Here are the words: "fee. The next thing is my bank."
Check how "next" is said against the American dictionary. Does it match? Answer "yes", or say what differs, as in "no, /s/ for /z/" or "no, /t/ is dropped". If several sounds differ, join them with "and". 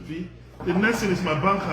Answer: no, /k/ is dropped